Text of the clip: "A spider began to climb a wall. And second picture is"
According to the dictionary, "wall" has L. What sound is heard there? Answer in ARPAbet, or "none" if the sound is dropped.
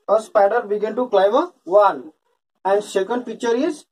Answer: N